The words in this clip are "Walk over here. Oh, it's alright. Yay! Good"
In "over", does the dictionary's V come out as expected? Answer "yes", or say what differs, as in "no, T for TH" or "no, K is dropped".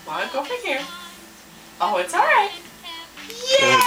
no, P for V